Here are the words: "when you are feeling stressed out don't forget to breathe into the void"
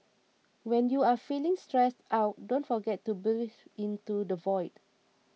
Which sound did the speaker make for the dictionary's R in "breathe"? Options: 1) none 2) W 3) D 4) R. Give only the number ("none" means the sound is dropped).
1